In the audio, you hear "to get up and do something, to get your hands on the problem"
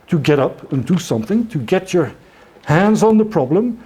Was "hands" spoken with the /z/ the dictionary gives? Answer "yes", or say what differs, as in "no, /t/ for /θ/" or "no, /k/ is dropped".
yes